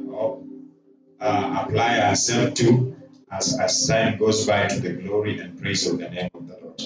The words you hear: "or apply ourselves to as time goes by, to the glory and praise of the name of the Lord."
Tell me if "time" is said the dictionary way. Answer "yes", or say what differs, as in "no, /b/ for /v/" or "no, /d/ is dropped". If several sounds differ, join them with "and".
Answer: no, /s/ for /t/